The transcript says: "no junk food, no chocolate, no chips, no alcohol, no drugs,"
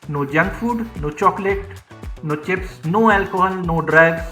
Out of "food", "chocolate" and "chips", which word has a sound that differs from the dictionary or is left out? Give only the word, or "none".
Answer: none